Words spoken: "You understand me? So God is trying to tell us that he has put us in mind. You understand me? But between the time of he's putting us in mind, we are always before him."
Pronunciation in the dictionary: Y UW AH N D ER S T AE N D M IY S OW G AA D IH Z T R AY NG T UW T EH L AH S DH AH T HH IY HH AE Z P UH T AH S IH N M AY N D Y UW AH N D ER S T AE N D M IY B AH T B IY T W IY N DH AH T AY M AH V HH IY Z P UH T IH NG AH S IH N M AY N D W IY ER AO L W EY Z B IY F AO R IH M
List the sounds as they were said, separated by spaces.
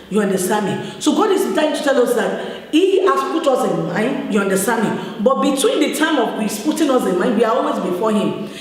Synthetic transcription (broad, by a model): Y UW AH N D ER S T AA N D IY S OW G AA D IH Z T AY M T UW T EH L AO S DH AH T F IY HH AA S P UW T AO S IH N M AY N D Y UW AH N D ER S T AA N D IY B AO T B IY T W IY N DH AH T AY M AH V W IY S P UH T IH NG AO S IH N M AY N D W IY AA AO L W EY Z B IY F AO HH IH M